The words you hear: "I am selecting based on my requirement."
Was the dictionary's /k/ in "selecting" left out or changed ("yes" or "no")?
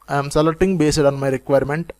yes